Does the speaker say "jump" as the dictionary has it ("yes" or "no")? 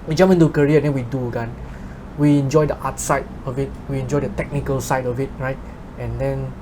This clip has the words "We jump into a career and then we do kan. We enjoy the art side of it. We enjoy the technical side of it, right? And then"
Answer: no